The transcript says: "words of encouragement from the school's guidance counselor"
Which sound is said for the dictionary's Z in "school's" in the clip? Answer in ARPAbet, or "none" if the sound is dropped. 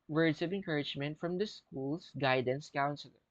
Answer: S